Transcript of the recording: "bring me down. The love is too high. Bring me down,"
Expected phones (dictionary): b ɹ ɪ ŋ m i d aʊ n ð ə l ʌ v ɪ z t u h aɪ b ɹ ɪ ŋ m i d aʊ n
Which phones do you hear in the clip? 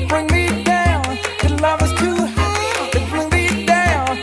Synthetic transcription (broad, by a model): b ɹ ɪ ŋ m i d aʊ n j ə l ʌ v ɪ s t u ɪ b ɹ ɪ ŋ m i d aʊ n